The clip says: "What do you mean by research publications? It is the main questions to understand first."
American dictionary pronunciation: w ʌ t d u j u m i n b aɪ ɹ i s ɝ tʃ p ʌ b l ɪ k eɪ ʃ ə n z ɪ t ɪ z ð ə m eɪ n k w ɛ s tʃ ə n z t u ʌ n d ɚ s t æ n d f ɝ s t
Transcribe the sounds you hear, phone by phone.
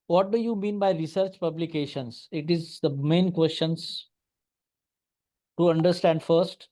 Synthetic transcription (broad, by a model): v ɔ t d u j u m i n b aɪ ɹ i s ɝ tʃ p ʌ b l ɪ k eɪ ʃ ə n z ɪ t ɪ z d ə m eɪ n k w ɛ s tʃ ə n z t u ʌ n d ɚ s t æ n d f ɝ s t